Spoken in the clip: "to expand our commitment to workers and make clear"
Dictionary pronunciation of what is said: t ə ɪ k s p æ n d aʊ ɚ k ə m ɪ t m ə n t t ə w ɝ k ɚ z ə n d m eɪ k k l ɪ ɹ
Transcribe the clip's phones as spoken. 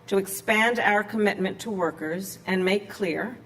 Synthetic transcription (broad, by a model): t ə ɪ k s p æ n d aʊ ɚ k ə m ɪ t m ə n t t ə w ɝ k ɚ z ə n m eɪ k k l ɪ ɹ